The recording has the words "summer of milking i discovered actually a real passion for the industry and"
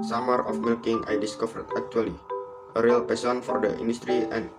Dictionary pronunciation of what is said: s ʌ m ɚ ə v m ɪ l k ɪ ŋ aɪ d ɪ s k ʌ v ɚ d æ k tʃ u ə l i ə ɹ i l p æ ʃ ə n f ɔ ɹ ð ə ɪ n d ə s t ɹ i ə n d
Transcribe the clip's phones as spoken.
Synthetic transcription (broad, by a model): s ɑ m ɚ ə f m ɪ l k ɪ ŋ aɪ d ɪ s k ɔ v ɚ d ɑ k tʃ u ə l i ə ɹ i l p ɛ s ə n f ɔ ɹ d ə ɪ n d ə s t ɹ i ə n